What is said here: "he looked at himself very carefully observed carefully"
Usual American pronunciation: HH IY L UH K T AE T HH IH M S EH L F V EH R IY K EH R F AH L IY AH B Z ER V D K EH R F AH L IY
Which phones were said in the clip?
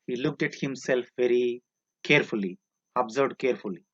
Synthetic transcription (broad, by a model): HH IY L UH K T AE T HH IH M S EH L F V EH R IY K EH R F AH L IY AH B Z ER D K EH R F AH L IY